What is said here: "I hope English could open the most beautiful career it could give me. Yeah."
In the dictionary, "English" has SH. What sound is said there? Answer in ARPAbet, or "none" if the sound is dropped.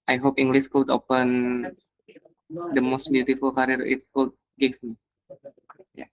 S